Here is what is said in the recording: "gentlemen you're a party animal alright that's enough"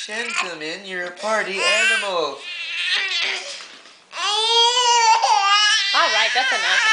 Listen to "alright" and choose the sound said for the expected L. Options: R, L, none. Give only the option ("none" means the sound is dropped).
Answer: L